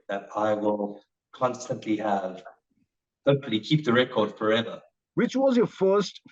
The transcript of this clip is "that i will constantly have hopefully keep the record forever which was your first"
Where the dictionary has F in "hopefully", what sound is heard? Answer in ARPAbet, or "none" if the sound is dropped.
none